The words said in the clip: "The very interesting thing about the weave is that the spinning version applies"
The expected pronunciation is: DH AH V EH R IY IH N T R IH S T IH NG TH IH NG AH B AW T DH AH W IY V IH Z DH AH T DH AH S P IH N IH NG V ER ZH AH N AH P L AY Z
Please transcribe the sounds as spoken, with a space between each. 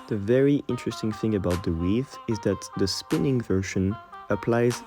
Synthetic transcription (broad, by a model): DH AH V EH R IY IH N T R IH S T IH NG TH IH NG AH B AW T DH AH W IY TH IH Z DH AH T DH AH S P IH N IH NG V ER SH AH N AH P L AY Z